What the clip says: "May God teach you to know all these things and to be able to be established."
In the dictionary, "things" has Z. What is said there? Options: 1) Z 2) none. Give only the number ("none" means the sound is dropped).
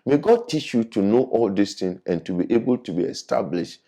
2